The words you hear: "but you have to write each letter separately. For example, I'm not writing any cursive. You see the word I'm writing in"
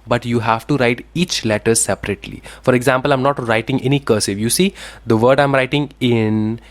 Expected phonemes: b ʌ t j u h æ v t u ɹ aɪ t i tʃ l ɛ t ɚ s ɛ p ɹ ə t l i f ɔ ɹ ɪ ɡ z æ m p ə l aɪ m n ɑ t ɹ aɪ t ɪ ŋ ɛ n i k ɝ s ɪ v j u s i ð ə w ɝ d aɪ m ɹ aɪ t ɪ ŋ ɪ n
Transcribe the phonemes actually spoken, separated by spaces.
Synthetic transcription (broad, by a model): b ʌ t j u h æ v t u ɹ aɪ t i tʃ l ɛ t ɚ s ɛ p ɹ ə t l i f ɔ ɹ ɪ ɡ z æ m p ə l aɪ m n ɑ t ɹ aɪ t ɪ ŋ ɛ n i k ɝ s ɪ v j u s i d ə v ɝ d aɪ m ɹ aɪ t ɪ ŋ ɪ n